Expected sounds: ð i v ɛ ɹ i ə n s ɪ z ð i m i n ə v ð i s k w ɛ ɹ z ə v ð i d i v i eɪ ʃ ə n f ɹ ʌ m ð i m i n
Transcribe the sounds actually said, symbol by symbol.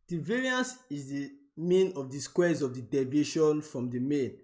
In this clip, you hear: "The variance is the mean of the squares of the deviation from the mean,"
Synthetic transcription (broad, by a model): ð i v ɛ ɹ i ə n s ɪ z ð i m i n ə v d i s k w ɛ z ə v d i d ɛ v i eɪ ʃ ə n f ɹ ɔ m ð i m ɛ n